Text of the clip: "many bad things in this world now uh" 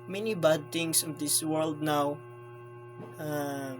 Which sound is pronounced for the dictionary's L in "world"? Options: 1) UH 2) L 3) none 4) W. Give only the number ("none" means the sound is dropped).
2